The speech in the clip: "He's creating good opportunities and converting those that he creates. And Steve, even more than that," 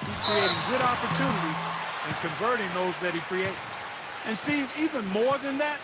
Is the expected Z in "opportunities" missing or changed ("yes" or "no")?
yes